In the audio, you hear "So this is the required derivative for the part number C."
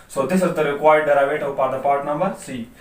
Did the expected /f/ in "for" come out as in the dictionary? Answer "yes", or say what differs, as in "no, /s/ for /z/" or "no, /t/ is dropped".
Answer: no, /p/ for /f/